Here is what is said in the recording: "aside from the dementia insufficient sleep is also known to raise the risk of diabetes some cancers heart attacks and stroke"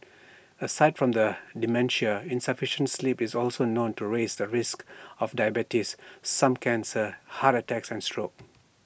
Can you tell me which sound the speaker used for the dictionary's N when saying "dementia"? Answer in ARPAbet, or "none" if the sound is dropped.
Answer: N